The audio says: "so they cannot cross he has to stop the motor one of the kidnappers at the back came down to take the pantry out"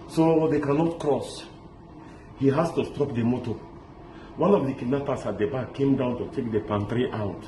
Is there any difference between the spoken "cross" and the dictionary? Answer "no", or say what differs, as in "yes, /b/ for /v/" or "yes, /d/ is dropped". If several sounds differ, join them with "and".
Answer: no